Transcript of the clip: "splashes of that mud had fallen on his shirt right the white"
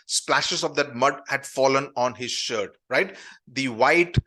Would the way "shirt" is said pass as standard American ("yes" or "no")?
yes